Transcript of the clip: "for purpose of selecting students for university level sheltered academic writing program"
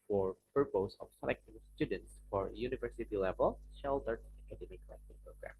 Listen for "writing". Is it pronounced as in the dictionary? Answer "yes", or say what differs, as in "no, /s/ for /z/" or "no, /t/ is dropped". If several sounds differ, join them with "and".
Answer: no, /l/ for /ɹ/